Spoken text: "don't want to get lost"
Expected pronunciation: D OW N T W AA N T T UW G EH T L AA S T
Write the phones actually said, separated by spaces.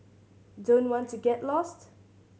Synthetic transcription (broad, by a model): D OW N T W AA N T T UW G EH T L AA S T